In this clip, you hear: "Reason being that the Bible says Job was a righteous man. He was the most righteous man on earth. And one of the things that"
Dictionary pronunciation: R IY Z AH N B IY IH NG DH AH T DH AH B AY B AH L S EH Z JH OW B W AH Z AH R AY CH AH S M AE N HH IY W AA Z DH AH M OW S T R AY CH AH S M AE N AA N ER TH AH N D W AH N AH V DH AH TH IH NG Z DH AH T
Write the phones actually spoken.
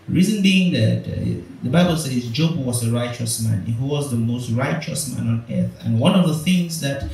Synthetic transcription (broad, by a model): R IY Z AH N B IY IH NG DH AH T DH AH B AY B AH L S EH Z JH OW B W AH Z AH R AY CH AH S M AE N HH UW W AA Z DH AH M OW S T R AY CH AH S M AE N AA N ER TH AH N W AH N AH V DH AH TH IH NG Z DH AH T